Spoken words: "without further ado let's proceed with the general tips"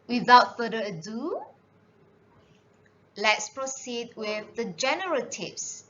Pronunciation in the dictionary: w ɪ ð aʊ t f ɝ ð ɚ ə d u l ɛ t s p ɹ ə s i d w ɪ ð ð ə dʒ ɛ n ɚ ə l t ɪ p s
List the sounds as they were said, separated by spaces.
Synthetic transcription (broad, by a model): w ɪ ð aʊ t f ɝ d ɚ ə d u l ɛ t s p ɹ ə s i d w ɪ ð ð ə dʒ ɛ n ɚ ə t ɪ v s